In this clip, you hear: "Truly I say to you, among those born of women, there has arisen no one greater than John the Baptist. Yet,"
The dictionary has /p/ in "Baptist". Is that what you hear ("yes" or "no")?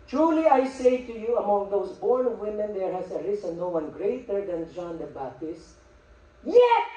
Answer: no